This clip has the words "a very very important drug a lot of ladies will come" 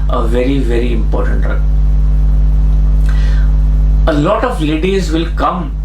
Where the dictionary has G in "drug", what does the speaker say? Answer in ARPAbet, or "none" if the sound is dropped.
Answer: none